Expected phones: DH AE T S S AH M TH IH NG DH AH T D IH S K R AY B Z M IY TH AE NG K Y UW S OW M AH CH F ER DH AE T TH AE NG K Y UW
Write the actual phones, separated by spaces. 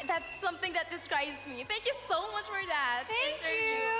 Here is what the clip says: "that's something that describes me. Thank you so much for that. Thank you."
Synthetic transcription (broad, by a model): DH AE T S S AH M TH IH NG DH AH T D IH S K R AY B Z M IY TH AE NG K Y UW S OW M AH CH F ER DH AE T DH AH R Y